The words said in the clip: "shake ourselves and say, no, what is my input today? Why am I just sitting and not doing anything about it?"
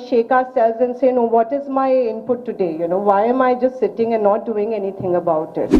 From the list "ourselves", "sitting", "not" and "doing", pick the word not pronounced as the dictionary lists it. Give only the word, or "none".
ourselves